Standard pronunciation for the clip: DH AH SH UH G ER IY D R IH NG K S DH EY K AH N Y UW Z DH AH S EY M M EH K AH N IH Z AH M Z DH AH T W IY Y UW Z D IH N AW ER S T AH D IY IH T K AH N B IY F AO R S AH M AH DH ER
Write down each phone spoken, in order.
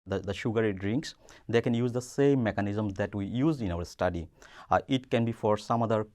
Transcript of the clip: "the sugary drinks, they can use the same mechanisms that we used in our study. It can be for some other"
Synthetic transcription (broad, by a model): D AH SH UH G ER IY D R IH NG K S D EY K AH N Y UW Z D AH S EY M M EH K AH N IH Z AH M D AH T W IY Y UW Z IH N AW ER S T AH D IY IH T K AH N B IY F AO R S AH M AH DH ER